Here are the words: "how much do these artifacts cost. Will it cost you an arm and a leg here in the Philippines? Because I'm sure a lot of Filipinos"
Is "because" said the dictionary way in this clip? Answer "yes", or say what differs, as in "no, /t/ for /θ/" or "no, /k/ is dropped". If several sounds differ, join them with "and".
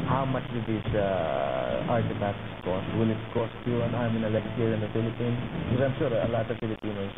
no, /z/ is dropped